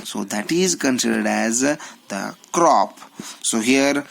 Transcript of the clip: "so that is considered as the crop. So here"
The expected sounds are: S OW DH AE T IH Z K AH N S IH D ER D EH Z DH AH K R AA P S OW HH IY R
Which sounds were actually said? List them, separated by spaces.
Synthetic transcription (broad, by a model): S OW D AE T IH Z K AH N S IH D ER D EH Z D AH K R AA P S OW HH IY R